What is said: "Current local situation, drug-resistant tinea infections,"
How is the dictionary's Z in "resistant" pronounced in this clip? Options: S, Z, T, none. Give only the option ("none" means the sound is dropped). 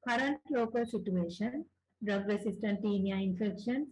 S